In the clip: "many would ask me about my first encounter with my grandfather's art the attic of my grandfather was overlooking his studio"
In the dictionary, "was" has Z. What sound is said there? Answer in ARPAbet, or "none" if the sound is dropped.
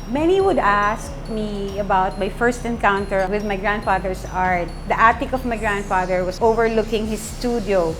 S